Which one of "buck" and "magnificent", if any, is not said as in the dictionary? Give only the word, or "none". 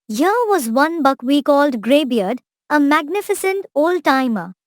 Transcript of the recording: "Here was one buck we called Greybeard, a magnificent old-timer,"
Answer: none